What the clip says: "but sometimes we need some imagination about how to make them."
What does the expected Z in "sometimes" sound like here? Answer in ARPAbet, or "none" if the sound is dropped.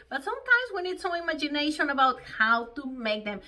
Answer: Z